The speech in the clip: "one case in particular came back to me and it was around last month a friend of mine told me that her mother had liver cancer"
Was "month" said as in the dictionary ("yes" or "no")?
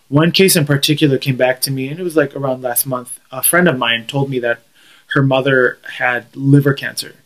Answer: yes